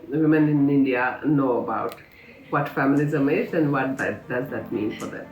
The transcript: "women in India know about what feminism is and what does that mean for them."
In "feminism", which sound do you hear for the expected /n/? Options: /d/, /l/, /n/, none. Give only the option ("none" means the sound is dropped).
/l/